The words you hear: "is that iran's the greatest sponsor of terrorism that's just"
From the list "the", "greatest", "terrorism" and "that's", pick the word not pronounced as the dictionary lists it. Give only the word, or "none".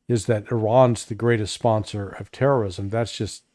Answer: none